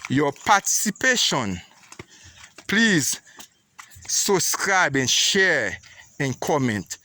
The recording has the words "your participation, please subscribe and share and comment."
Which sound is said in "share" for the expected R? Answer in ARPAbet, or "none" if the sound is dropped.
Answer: R